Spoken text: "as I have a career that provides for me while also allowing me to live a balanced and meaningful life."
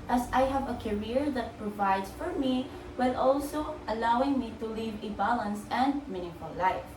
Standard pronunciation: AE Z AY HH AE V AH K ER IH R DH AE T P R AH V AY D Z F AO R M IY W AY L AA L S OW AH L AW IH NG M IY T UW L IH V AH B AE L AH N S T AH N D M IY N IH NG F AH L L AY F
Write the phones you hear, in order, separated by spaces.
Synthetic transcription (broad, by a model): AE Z AY HH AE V AH K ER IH R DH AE T P R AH V AY D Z F AO R M IY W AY L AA L S OW AH L AW IH NG M IY T UW L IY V AH B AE L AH N S AH N D M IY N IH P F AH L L AY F